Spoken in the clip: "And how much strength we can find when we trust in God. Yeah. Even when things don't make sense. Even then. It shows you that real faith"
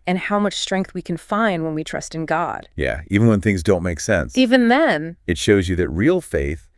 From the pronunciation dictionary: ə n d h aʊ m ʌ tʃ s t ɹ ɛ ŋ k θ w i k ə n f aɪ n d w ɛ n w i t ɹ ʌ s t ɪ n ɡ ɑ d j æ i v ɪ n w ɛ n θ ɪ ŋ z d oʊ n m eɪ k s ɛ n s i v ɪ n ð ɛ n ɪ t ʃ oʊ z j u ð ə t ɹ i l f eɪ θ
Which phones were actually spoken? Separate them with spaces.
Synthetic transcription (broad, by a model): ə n h aʊ m ʌ tʃ s t ɹ ɛ ŋ k θ w i k ə n f aɪ n d w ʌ n w i t ɹ ʌ s t ɪ n ɡ ɑ d j æ i v ɪ n w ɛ n θ ɪ ŋ z d oʊ n m eɪ k s ɛ n s i v ɪ n ð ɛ n ɪ t ʃ oʊ z j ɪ ð ə t ɹ i l f eɪ θ